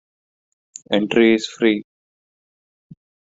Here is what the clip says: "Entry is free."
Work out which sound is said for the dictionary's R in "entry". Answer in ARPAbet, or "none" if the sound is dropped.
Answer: R